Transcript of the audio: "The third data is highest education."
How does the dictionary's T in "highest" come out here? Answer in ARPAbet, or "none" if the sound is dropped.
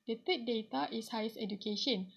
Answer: none